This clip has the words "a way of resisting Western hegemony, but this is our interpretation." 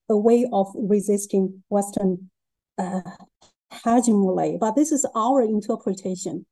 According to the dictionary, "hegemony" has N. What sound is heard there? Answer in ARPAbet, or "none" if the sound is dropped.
L